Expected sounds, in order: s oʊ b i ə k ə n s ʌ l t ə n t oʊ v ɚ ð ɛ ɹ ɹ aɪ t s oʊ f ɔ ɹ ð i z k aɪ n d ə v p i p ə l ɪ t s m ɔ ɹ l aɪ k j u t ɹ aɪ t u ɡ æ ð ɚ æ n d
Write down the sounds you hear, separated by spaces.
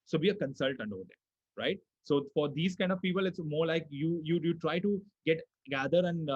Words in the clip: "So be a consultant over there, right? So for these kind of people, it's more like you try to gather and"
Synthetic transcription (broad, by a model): s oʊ b i ə k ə n s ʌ l t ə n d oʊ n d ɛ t ɹ aɪ t s oʊ f ɔ ɹ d i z k aɪ n d ə v p i p ə l ɪ t s m ɔ ɹ l aɪ k j u t ɹ aɪ t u ɡ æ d ɚ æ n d